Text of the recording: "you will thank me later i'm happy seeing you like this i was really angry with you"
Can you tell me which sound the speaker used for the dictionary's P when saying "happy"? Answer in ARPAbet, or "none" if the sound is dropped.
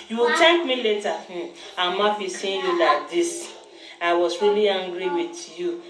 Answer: F